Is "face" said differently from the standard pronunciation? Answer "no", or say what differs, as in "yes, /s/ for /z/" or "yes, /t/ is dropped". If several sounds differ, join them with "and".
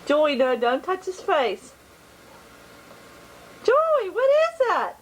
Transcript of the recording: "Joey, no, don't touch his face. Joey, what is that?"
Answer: no